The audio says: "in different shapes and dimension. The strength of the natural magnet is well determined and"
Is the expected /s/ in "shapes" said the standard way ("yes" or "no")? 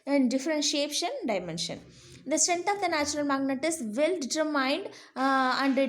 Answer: no